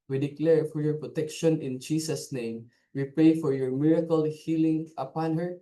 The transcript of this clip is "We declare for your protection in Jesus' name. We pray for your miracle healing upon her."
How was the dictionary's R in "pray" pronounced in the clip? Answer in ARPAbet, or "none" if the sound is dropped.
none